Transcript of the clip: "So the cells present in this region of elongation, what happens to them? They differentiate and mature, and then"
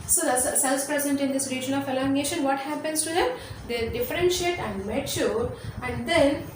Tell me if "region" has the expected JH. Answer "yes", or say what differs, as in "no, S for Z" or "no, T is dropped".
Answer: yes